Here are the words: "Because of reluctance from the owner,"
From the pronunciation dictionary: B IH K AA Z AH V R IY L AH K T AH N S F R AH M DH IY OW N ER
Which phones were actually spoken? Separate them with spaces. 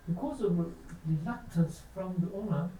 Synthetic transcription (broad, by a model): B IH K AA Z AH V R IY L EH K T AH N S F R AH M DH IY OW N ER